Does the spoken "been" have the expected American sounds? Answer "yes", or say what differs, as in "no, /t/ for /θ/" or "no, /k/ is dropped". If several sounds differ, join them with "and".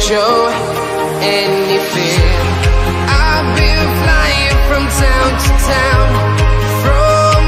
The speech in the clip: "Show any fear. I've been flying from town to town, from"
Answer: no, /l/ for /n/